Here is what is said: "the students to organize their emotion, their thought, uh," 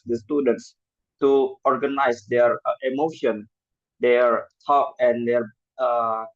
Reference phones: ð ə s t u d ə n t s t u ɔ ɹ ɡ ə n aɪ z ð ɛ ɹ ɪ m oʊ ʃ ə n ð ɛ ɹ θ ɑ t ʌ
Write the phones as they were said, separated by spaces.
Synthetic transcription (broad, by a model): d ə s t u d ə n t s t u ɔ ɹ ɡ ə n aɪ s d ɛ ɹ ɪ m oʊ ʃ ə n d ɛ ɹ t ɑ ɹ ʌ